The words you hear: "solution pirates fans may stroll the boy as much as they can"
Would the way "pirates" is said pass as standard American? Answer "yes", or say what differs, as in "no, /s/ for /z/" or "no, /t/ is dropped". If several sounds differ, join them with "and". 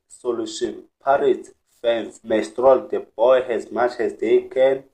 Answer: no, /s/ is dropped